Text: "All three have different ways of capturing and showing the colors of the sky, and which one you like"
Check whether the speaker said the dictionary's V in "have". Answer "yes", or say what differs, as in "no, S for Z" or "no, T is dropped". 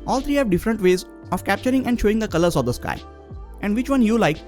yes